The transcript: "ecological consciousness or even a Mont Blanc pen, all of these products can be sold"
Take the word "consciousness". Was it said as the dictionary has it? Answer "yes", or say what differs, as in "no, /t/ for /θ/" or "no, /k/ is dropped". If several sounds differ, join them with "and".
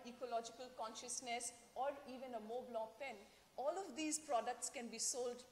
yes